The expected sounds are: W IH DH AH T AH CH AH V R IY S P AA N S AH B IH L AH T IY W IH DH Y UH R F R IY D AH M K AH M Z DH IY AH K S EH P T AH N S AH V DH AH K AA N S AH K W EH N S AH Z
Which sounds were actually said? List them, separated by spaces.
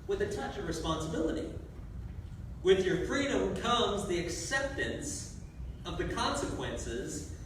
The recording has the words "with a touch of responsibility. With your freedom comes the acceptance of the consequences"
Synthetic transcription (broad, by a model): W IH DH AH T AH CH AH V R IY S P AA N S AH B IH L AH T IY W IH DH Y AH R F R IY D AH M K AH M Z DH IY AH K S EH P T AH N S AH V DH AH K AA N S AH K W EH N S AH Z